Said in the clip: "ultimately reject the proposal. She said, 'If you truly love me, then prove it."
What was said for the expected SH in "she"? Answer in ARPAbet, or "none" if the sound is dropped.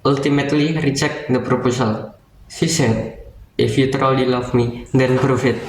S